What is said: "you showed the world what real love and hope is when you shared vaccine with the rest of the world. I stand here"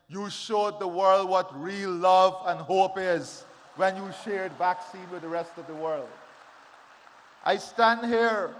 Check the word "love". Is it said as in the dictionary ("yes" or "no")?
yes